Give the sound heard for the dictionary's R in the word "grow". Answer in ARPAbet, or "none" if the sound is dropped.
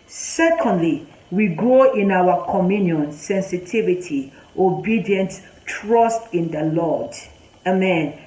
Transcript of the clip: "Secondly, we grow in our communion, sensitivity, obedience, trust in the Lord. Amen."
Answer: none